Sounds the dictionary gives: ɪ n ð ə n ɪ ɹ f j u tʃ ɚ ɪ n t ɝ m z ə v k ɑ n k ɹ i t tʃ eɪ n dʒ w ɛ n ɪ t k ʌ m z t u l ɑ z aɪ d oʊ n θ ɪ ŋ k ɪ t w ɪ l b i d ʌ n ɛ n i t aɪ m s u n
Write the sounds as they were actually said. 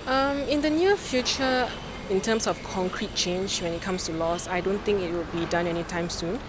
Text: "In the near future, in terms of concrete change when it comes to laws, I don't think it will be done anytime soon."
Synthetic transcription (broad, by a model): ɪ n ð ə n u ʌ f j u tʃ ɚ ɪ n t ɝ m s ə f k ɑ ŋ k ɹ i t tʃ eɪ n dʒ w ɛ n ɪ t k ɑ m s t u l ɑ s aɪ d oʊ n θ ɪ ŋ k ɪ t w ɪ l b i d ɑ n ɛ n i t aɪ m s u n